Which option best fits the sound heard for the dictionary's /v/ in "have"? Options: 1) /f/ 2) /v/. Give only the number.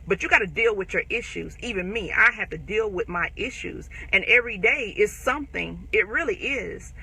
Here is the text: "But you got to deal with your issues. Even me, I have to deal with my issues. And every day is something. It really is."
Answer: 1